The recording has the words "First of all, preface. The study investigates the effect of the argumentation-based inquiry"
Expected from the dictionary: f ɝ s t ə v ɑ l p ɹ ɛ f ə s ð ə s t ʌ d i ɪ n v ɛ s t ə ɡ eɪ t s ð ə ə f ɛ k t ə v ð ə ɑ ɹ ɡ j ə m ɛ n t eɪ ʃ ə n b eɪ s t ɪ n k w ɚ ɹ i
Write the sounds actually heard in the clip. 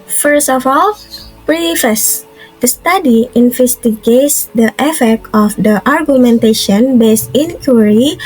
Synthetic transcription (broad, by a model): f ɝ s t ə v ɑ l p ɹ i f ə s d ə s t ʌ d i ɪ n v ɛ s t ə ɡ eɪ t s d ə ə f ɛ k t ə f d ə ɑ ɹ ɡ j ə m ɛ n t eɪ ʃ ə n b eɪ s ɪ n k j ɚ ɹ i